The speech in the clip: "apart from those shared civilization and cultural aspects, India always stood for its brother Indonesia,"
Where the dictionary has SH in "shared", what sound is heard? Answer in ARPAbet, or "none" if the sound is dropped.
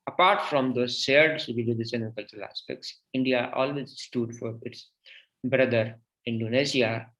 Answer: S